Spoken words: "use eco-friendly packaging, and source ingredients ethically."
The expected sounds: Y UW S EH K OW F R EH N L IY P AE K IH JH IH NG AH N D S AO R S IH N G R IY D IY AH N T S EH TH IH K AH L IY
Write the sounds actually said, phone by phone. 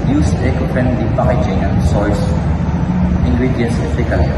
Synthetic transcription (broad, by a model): Y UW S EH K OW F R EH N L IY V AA IH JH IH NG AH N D S AO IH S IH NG G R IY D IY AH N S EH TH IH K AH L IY